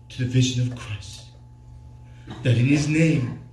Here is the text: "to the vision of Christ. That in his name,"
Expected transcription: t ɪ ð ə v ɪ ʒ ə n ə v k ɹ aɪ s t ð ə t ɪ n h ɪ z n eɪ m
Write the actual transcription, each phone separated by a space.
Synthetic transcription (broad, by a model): t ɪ ð ə v ɪ ʒ ə n ə v k ɹ aɪ s t ð ə t ɪ n ɪ z n eɪ m